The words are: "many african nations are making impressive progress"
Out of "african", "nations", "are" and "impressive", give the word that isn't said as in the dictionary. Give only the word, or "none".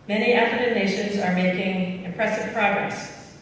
african